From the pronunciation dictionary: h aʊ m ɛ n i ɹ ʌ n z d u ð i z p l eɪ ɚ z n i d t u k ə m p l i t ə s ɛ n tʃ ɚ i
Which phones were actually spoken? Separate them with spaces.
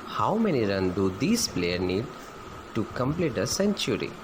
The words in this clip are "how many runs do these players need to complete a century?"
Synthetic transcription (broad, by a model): h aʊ m ɛ n i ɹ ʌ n d u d i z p l eɪ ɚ n i d t u k ə m p l i t ə s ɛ n tʃ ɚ i